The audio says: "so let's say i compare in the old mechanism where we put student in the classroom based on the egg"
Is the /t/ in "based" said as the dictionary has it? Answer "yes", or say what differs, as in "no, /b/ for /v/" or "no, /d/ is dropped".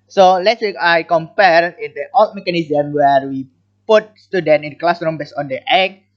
no, /t/ is dropped